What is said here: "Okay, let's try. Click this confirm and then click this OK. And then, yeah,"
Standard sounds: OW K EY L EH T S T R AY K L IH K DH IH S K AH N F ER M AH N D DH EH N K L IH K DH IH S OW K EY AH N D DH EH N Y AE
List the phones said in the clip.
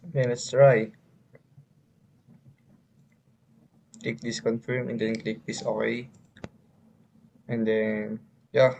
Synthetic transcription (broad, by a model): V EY N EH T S T R AY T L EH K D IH S K AH N F ER M AH N D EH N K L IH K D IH S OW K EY AH N D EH N Y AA